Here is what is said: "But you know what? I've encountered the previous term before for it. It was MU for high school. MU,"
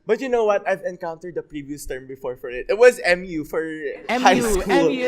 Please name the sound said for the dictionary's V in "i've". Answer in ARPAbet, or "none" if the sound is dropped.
V